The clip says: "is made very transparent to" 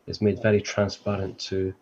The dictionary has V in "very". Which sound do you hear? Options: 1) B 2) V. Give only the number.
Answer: 2